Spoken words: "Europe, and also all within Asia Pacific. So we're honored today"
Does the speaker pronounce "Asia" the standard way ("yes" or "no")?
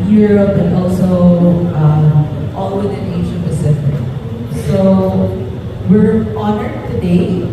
no